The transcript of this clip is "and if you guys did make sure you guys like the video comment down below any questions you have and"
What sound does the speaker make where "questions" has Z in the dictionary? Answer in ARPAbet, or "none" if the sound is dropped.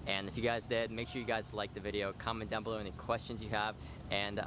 Z